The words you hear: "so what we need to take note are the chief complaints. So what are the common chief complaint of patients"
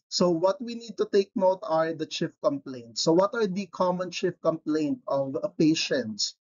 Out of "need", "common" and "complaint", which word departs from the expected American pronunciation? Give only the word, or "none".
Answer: none